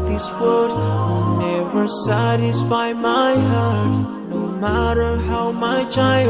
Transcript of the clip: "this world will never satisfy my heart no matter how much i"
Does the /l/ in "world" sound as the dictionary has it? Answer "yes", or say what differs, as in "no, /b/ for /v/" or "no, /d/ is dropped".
no, /l/ is dropped